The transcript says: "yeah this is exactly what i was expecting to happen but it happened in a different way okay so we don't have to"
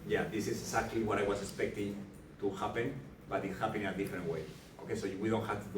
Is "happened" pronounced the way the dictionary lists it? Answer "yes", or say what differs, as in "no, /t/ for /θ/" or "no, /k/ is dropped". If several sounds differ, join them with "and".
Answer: no, /d/ is dropped